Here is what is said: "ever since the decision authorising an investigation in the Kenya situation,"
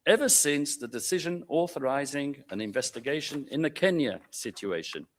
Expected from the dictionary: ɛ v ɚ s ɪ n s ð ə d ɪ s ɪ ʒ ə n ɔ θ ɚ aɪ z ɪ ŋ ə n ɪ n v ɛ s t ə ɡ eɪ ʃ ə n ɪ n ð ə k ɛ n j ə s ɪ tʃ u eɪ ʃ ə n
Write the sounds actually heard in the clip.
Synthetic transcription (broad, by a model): ɛ v ɚ s ɪ n s ð ə d ɪ s ɪ ʒ ə n ɔ θ ɚ aɪ z ɪ ŋ ə n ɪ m v ɛ s t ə ɡ eɪ ʃ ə n ɪ n ð ə k ɛ n j ə s ɪ tʃ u eɪ ʃ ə n